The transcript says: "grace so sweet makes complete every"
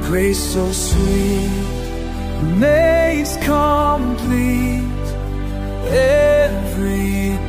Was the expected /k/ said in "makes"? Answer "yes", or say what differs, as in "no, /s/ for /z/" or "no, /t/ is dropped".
no, /k/ is dropped